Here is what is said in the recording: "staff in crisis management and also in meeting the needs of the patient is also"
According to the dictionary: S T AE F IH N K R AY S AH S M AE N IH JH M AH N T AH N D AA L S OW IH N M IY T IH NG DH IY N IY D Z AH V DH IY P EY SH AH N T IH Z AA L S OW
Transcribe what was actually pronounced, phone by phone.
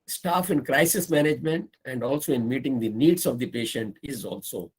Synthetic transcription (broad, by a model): S T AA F IH N K R AY S AH S M AE N IH JH M AH N T AH N D AA L S OW IH N M IY T IH NG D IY N IY D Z AH V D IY P EY SH AH N T IH Z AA L S OW